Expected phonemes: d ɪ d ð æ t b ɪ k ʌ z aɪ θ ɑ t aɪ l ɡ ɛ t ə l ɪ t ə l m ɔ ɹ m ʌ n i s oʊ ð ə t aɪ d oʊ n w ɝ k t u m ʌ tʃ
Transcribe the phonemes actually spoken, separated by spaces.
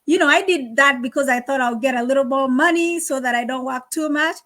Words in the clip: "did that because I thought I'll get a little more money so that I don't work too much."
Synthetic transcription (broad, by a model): d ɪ d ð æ t b ɪ k ʌ z aɪ θ ɑ t aɪ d ɡ ɛ t ə l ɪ t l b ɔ m ʌ n i s oʊ ð ə t aɪ d oʊ n w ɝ k t u m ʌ tʃ